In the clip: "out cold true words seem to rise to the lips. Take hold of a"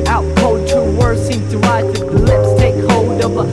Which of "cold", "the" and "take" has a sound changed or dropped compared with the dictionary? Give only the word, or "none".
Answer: cold